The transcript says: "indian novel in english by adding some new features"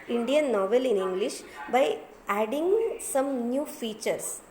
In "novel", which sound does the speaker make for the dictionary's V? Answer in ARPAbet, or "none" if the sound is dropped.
V